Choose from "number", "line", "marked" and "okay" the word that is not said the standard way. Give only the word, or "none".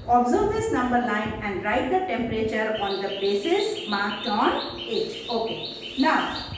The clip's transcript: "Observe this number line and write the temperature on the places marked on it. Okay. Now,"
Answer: line